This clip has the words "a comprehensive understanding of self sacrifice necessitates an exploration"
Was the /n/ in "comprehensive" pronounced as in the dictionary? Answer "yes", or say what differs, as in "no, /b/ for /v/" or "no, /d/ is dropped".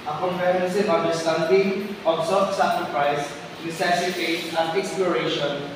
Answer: no, /n/ is dropped